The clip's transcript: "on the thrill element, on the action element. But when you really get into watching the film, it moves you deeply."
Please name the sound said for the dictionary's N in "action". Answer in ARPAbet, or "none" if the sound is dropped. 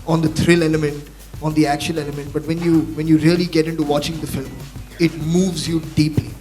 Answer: L